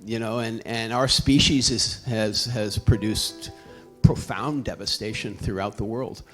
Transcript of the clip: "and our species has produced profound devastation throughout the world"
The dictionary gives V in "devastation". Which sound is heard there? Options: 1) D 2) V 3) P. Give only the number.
2